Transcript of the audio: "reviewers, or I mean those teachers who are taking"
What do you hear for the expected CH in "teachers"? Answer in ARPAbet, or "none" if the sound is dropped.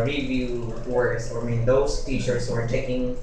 SH